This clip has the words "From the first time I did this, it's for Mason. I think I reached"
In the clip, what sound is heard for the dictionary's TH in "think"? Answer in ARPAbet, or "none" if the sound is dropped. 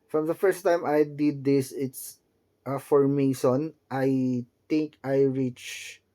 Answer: T